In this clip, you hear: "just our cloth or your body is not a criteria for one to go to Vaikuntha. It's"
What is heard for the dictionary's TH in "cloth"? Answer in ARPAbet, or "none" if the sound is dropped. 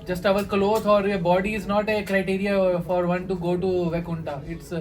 T